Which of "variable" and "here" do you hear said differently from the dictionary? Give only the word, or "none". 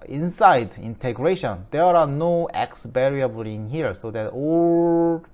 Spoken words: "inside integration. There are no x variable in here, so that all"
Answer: variable